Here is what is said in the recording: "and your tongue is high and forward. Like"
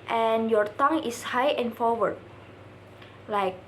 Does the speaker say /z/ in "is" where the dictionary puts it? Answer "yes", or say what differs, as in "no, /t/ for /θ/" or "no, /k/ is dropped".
no, /s/ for /z/